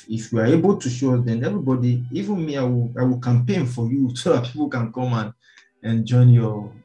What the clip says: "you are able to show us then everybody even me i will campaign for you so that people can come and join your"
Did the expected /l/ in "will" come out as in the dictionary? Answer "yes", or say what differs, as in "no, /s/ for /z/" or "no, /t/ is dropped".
no, /w/ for /l/